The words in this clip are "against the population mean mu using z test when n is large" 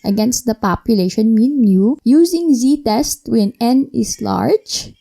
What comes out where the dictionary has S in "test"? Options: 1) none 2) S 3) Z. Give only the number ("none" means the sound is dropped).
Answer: 2